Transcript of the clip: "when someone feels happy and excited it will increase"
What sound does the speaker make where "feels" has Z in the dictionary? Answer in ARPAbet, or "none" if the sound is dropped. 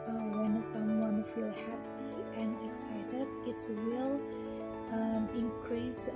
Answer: none